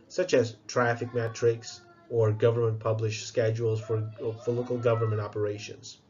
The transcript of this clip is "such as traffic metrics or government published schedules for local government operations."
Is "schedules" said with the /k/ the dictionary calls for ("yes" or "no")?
yes